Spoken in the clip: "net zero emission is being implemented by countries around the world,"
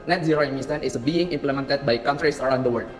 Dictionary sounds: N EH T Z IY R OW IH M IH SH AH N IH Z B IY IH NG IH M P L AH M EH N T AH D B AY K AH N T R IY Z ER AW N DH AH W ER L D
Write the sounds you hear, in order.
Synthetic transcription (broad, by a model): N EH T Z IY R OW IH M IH S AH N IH S B IY IH NG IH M P L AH M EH N T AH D B AY K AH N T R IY S ER AW N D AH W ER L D